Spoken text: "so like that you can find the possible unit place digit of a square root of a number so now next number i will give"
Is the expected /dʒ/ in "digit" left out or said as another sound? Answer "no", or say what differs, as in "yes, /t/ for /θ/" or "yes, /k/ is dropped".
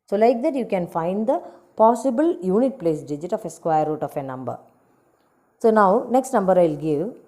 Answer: no